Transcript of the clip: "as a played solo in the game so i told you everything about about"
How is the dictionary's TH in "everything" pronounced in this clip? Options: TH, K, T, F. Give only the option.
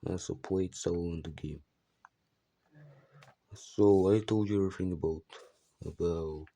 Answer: F